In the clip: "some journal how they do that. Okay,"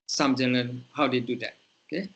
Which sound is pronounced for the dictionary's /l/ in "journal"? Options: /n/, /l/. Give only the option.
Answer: /n/